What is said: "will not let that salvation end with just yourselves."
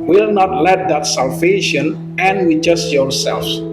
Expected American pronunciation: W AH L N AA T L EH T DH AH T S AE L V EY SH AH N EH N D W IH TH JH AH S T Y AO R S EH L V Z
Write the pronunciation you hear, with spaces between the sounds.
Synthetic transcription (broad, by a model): W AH L N AA T L EH T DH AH T S AE L V EY SH AH N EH N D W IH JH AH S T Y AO R S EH L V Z